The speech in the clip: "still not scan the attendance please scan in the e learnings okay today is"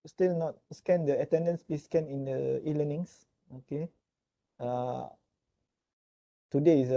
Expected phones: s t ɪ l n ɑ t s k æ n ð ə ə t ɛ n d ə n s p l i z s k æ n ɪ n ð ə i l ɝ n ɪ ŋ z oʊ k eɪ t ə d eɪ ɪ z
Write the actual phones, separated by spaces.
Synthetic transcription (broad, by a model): s t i l n ɑ t s k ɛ n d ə ə t ɛ n d ə n s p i s k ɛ n ɪ n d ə i l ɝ n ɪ ŋ s oʊ k eɪ t ə d eɪ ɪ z